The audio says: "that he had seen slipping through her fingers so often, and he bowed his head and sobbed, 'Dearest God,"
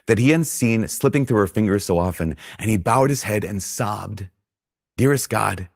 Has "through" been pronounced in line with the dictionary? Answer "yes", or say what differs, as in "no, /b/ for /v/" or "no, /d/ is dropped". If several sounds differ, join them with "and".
yes